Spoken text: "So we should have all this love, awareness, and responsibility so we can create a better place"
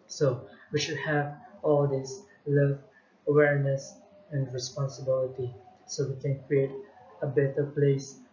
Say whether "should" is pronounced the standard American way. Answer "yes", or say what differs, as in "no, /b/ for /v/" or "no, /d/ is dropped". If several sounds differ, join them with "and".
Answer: yes